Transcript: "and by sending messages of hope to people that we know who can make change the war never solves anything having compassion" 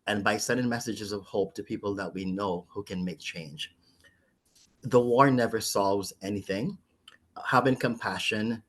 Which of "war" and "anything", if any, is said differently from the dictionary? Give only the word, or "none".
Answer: none